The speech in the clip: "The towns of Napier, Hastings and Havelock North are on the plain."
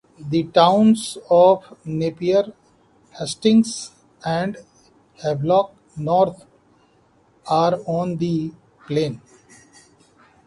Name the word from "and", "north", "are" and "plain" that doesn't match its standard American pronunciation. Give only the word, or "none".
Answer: north